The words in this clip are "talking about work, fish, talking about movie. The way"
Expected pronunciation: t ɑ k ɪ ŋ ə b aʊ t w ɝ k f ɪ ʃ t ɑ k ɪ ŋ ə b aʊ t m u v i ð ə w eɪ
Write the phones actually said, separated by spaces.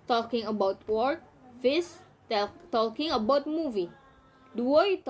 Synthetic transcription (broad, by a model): t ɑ k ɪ ŋ ə b aʊ t w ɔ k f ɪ s t ɑ k ɪ ŋ ə b aʊ t m u v i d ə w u